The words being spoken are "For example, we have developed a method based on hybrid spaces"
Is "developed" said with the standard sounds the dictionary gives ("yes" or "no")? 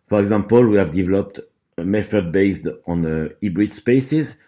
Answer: yes